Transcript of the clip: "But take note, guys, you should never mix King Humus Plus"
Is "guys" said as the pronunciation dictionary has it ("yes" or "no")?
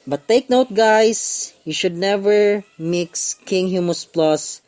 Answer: no